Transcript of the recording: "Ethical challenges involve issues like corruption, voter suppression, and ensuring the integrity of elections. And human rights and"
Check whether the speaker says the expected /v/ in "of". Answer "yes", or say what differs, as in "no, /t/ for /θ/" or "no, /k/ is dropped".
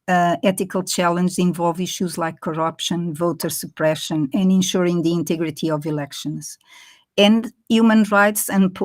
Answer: yes